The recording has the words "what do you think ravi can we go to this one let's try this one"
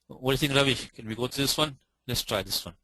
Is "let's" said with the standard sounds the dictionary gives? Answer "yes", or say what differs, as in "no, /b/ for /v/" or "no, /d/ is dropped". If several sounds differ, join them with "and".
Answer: yes